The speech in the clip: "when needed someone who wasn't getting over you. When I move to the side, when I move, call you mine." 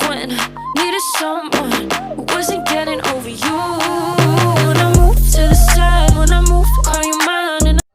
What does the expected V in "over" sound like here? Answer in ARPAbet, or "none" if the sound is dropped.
V